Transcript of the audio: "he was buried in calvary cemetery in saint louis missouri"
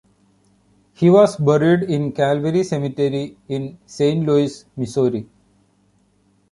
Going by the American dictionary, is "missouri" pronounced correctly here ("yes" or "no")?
no